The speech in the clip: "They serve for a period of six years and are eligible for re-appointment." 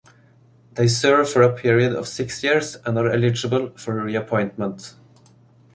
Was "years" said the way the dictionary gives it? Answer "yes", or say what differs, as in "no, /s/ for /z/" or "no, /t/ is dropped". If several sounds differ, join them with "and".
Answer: no, /s/ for /z/